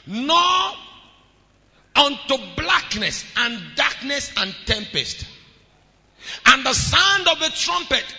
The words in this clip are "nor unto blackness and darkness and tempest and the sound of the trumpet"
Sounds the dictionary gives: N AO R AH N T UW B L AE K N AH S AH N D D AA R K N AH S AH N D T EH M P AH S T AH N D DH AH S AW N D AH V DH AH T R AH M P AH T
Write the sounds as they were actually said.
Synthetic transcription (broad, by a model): N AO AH N T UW B L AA K N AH S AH N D D AA K N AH S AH N T EH M P AH S T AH N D DH AH S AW N D AH V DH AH T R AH M P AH T